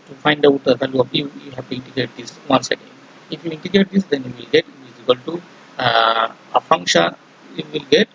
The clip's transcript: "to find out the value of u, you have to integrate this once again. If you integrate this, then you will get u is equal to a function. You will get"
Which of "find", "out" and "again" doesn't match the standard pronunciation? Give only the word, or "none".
again